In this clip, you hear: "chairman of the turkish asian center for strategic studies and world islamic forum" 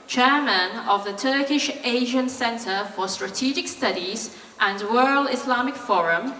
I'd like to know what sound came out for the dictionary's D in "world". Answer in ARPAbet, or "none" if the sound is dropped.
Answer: none